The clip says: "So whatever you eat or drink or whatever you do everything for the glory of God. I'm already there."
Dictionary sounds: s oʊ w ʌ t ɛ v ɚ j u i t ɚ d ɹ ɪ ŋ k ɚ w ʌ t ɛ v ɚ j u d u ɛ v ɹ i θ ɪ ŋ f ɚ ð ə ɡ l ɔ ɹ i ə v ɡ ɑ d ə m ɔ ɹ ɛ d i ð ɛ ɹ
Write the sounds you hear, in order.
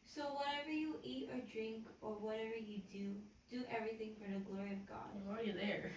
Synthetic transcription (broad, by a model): s oʊ w ʌ t ɛ v ɚ j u i t ɚ d ɹ ɪ ŋ k ɚ w ʌ t ɛ v ɚ j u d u ɛ v ɹ i θ ɪ ŋ f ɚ ð ə ɡ l ɔ ɹ i ə v ɡ ɑ d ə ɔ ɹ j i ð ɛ ɹ